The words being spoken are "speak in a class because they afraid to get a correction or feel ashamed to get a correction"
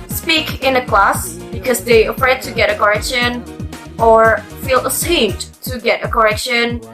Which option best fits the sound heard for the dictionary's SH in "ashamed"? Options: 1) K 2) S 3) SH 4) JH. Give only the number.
2